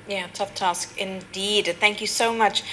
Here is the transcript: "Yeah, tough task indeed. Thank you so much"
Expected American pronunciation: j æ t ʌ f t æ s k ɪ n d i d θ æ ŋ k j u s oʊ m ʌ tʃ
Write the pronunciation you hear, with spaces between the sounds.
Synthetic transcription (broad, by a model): j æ t ʌ f t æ s k ɪ n d i d θ æ ŋ k j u s oʊ m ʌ tʃ